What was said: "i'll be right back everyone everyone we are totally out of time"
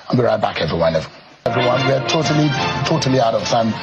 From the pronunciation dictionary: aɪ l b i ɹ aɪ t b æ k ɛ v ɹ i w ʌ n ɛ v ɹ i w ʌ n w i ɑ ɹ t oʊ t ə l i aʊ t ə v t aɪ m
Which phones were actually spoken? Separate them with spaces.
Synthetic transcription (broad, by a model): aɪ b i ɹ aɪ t b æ k ɛ v ɹ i w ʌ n ɛ v ɹ i w ʌ n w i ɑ l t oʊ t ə l i aʊ t ə v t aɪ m